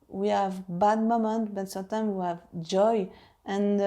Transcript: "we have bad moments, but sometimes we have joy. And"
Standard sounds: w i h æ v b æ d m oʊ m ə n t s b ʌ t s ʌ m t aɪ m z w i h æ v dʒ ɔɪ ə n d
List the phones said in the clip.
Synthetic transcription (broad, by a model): w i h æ v b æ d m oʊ m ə n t b ʌ t s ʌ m t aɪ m w i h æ v dʒ ɔɪ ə n